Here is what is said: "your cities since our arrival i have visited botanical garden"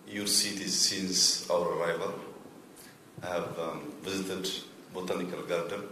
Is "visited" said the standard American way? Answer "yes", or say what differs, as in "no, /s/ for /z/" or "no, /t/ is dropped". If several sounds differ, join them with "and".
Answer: yes